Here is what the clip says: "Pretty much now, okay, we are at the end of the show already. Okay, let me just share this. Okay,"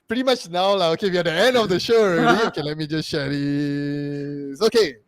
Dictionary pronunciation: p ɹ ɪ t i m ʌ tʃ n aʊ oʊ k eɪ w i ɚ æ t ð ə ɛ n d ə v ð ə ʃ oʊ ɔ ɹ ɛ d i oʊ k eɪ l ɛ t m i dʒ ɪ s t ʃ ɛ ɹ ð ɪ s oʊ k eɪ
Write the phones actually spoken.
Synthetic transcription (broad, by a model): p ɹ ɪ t i m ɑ tʃ n aʊ oʊ k eɪ w i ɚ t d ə ɛ n d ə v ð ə ʃ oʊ ɔ ɹ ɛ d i oʊ k eɪ l ɛ t m i dʒ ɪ s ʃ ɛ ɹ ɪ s oʊ k eɪ